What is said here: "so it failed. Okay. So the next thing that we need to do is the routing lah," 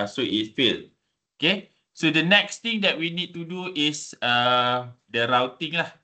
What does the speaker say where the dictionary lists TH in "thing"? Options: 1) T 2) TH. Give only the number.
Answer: 1